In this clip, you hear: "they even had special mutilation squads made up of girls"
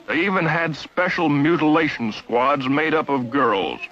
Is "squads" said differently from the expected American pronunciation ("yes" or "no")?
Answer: no